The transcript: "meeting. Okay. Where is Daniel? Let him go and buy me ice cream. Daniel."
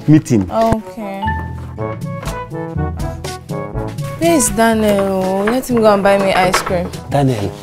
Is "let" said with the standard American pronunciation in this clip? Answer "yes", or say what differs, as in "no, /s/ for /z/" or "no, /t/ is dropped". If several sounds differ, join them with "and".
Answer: no, /n/ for /l/